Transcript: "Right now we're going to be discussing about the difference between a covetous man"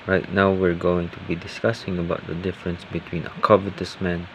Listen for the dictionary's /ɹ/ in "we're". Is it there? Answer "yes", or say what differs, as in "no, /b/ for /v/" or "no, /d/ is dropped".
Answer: yes